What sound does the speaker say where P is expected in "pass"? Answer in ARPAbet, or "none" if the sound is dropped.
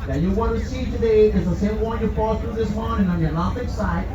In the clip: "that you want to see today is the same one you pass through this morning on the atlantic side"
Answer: F